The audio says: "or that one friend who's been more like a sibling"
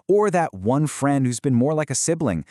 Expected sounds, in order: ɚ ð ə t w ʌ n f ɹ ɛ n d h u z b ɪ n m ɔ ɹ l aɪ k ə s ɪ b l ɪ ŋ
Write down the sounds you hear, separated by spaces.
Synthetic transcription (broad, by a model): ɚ ð ə t w ʌ n f ɹ ɛ n d h u z b ɪ n m ɔ ɹ l aɪ k ə s ɪ b l ɪ ŋ